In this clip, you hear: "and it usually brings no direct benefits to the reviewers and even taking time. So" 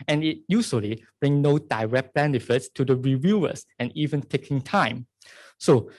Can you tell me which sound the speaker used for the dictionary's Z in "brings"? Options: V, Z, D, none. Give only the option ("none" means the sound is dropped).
none